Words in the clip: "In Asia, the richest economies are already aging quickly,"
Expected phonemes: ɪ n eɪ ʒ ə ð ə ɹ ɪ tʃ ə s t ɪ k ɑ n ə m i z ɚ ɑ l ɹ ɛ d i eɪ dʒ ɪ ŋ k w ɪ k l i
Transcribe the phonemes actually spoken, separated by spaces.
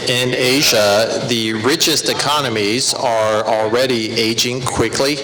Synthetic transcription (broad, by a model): ɪ n eɪ ʒ ə ð ə ɹ ɪ tʃ ə s t ɪ k ɑ n ə m i z ɚ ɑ l ɹ ɛ d i eɪ dʒ ɪ ŋ k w ɪ k l i